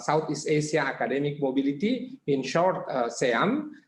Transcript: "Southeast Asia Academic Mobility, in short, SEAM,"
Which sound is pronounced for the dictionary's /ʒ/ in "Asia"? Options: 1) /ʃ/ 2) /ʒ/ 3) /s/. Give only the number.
3